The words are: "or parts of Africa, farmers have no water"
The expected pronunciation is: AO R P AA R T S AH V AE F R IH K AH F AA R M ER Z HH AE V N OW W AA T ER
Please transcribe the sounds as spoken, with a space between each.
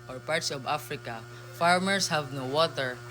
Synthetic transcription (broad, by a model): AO R P AA R T S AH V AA F R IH K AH F AA R M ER S HH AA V N OW W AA T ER